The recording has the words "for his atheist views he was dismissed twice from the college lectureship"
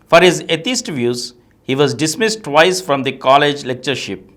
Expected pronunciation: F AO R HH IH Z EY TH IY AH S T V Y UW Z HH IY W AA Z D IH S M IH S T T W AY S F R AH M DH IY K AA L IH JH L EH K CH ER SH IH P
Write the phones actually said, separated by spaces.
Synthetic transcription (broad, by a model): F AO R HH IH Z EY T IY S T V Y UW Z HH IY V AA Z D IH S M IH S T T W AY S F R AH M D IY K AA L IH JH L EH K CH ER SH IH P